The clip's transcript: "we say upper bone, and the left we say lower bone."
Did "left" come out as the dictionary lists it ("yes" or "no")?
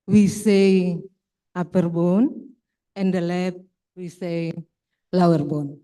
no